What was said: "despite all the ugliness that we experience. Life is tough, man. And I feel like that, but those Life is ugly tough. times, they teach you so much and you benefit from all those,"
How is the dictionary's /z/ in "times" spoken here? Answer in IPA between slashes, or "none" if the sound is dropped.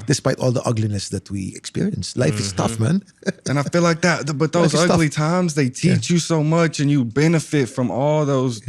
/z/